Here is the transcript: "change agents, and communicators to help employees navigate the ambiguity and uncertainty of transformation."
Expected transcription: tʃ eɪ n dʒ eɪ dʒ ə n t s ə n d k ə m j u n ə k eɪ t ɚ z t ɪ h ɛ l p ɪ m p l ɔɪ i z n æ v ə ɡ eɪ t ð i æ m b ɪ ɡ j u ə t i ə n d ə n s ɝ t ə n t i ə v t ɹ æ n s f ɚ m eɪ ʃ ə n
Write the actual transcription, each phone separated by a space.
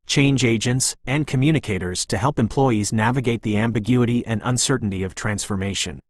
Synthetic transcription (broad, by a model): tʃ eɪ n dʒ eɪ dʒ ə n t s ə n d k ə m j u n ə k eɪ t ɚ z t ɪ h ɛ l p ɪ m p l ɔɪ i z n æ v ə ɡ eɪ t ð i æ m b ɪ ɡ j u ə t i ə n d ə n s ɝ t n t i ə v t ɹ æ n s f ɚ m eɪ ʃ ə n